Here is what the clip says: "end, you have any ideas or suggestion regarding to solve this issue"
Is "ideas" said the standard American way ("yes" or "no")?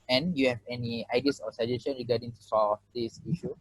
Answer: no